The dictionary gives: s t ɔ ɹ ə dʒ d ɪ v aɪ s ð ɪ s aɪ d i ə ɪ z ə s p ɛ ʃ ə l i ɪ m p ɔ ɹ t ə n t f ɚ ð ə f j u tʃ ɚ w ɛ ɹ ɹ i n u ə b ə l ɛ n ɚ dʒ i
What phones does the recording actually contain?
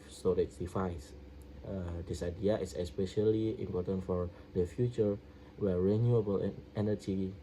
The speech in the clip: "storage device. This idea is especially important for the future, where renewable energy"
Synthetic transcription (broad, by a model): s ɔ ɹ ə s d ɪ f aɪ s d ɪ s aɪ d i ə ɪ s ə s p ɛ ʃ ə l i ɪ m p ɔ t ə n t f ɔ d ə f j u tʃ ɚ w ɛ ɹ ɹ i n u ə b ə l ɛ n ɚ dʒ i